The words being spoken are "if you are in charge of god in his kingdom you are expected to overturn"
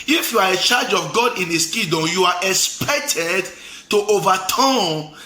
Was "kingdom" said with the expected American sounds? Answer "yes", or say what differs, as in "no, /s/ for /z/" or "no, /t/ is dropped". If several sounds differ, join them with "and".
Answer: no, /ŋ/ is dropped